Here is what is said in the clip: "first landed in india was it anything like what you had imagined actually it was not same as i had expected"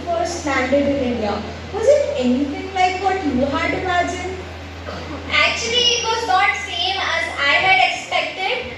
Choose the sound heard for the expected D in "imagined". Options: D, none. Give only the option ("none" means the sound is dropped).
none